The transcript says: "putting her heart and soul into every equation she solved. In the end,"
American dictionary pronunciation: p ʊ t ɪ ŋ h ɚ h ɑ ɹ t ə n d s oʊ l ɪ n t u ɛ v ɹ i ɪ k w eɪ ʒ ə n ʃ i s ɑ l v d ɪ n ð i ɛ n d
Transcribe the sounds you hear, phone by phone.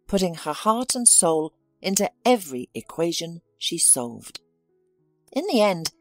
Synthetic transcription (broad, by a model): p ʊ t ɪ ŋ ɚ h ɑ ɹ t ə n s oʊ l ɪ n t u ɛ v ɹ i ɪ k w eɪ ʒ ə n ʃ i s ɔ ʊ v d ɪ n ð i ɛ n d